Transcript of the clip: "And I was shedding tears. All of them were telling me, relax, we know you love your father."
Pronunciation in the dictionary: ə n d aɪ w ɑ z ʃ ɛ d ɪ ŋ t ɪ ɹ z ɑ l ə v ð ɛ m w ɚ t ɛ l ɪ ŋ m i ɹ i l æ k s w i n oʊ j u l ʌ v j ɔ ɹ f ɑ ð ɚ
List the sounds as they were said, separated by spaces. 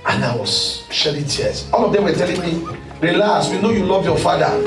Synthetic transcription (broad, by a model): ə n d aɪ w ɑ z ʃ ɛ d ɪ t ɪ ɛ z ɑ l ə v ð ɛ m w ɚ t ɛ l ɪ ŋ m i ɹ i l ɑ s w i n oʊ j u l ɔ v j ɔ f ɑ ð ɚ